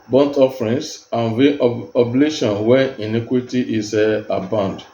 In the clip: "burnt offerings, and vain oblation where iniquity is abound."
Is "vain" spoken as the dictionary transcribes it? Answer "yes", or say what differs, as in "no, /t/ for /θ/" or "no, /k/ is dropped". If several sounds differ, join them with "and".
no, /n/ is dropped